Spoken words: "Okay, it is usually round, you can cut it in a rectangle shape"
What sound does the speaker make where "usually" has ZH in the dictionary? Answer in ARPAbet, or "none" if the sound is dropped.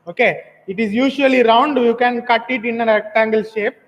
SH